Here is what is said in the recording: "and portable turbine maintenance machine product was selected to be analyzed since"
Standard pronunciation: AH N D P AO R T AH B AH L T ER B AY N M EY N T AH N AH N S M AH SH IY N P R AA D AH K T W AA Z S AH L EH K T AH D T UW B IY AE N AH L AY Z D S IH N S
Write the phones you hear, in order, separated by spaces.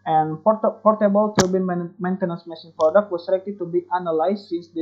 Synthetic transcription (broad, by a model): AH N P P AO R T AH B AH L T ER B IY N M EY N T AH N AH N S M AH S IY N P R AA D AH K T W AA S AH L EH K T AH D T UW B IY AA N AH L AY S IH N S